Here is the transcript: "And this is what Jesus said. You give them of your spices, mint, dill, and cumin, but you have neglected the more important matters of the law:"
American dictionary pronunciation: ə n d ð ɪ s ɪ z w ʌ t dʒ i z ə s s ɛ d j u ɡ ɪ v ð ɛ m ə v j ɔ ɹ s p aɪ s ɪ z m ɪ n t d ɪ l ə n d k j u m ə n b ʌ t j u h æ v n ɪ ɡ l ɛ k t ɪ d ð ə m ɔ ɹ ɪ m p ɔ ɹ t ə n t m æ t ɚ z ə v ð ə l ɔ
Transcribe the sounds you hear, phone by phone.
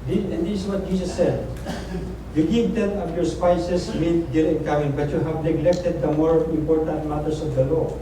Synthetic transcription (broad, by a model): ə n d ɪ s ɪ s w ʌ t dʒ i s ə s s ɛ d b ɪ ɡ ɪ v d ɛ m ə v j ɔ ɹ s p aɪ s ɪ s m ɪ t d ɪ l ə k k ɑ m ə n b ʌ t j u h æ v n ɪ ɡ l ɛ k t ɪ d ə m ɔ ɹ ɪ m p ɔ ɹ t ə n t m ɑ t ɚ s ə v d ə l ɔ